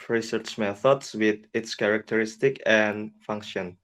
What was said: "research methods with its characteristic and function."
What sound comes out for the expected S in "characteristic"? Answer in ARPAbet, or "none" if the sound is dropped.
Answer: S